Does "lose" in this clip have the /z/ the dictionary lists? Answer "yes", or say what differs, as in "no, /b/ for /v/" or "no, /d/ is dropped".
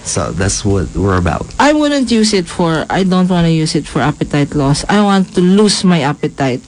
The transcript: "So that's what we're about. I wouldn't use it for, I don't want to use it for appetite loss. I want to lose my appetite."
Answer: no, /s/ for /z/